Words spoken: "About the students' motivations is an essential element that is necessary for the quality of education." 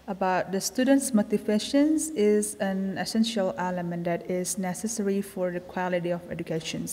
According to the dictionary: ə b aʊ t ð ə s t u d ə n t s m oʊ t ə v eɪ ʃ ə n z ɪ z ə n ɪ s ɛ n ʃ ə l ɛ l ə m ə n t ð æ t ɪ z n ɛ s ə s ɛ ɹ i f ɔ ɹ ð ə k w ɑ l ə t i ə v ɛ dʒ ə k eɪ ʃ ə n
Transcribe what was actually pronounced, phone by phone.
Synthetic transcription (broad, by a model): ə b aʊ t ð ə s t u d ə n t s m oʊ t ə f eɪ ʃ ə n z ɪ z ə n ɪ s ɛ n ʃ ə l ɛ l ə m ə n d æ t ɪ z n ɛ s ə s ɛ ɹ i f ɔ ɹ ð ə k w ɑ l ə t i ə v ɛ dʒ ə k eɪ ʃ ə n